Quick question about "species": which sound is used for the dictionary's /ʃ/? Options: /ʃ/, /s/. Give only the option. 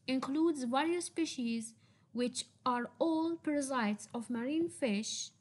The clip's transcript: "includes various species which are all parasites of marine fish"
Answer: /ʃ/